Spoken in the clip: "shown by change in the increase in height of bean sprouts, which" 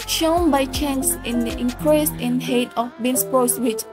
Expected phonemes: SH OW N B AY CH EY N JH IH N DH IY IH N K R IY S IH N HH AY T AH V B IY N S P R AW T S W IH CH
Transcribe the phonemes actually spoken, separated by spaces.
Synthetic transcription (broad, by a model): SH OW N B AY CH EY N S IH N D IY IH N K R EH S IH N HH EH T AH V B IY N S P AO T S W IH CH